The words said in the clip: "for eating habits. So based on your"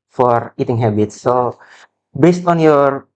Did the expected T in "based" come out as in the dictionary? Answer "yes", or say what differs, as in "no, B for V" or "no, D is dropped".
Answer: yes